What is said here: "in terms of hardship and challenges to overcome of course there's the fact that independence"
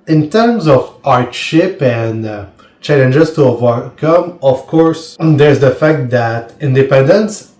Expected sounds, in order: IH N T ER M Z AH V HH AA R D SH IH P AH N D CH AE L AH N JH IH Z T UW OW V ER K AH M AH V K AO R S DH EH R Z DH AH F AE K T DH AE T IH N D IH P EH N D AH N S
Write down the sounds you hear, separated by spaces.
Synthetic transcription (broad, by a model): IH N T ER M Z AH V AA R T SH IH P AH N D CH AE L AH N JH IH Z T UW OW V ER K AH M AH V K AO R S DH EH R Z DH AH F AE K T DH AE T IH N D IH P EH N D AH N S